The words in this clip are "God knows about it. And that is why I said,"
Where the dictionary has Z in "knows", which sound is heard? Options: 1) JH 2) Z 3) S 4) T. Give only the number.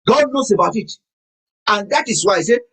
3